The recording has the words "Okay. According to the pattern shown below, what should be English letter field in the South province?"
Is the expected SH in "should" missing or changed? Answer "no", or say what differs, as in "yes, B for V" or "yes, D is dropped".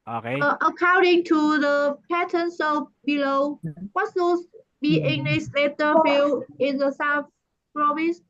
yes, S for SH